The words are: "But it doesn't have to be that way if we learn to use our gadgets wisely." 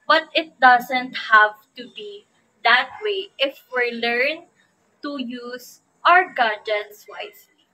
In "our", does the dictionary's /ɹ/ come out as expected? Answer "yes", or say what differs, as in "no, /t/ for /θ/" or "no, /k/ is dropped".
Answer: yes